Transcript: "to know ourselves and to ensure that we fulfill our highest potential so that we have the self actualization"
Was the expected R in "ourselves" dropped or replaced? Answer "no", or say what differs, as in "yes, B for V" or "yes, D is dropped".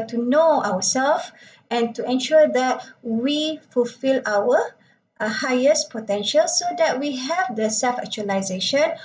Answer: yes, W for R